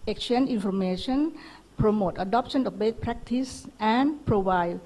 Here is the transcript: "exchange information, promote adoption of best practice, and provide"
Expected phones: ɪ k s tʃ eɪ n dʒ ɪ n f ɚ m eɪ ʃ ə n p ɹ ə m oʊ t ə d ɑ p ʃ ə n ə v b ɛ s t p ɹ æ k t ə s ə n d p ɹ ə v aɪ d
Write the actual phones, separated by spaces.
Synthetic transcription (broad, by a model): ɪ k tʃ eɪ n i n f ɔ m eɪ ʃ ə n p ɹ ə m oʊ t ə d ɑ p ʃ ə n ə f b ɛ t p ɹ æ k t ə s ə n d p ɹ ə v aɪ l